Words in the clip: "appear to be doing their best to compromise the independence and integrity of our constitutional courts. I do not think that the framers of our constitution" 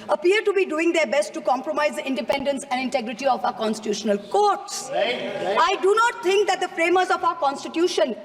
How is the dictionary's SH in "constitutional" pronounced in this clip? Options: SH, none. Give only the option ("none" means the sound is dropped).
SH